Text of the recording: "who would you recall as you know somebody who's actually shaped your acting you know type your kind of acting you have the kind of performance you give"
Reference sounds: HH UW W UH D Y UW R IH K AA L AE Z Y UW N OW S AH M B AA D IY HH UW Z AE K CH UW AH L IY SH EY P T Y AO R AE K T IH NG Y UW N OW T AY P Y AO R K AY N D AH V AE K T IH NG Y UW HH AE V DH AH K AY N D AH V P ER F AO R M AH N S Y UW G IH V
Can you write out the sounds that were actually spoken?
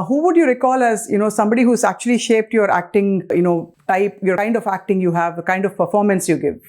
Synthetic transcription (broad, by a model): HH UW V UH D Y UW R IH K AA L AE Z Y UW N OW S AH M B AA D IY HH UW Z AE K CH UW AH L IY SH EY P T Y AO R AE K T IH NG Y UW N OW T AY P Y AO R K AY N D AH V AE K T IH NG Y UW HH AE V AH K AY N D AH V P ER F AO R M AH N S Y UW G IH V